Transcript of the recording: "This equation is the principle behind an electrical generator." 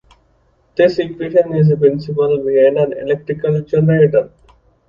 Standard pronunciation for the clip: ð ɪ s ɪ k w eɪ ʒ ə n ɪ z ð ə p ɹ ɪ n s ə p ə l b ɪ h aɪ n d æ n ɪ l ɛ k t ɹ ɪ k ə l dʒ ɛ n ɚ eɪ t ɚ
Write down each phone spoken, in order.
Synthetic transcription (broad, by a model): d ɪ s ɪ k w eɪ ʃ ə n ɪ z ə p ɹ ɪ n s ə p ə l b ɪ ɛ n d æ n ɪ l ɛ k t ɹ ɪ k ə l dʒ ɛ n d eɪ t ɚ